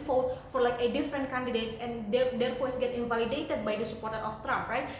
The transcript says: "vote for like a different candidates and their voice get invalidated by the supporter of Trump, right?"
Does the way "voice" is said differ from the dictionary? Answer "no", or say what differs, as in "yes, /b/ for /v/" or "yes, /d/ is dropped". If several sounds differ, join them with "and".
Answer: yes, /f/ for /v/